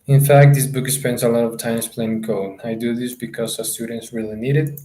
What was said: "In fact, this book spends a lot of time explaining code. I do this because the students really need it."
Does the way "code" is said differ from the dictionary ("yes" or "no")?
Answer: yes